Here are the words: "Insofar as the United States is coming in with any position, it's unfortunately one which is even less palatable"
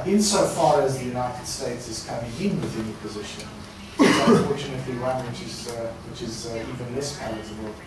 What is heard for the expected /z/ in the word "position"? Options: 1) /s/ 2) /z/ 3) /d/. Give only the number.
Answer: 2